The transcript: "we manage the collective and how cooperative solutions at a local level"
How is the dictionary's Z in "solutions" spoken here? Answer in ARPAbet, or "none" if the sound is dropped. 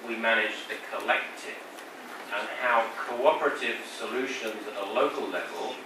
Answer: Z